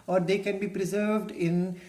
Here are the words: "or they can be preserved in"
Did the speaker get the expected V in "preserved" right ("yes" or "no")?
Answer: yes